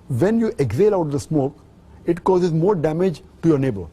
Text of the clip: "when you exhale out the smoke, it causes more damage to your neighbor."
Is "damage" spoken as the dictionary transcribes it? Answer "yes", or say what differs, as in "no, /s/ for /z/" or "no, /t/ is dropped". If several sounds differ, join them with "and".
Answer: yes